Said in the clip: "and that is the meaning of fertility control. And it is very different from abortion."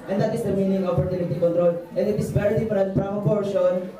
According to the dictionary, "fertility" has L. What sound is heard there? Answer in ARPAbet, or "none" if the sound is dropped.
N